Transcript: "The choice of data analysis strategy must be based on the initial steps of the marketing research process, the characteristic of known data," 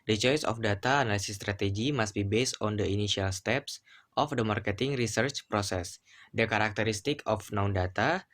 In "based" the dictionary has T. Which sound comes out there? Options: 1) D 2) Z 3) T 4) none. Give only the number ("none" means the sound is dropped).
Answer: 3